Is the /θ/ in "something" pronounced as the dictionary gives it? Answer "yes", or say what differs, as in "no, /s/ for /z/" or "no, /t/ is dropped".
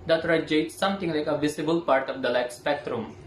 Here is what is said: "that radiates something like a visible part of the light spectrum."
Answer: no, /t/ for /θ/